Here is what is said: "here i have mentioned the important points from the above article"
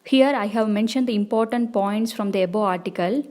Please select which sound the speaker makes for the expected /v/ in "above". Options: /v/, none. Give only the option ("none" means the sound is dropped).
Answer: none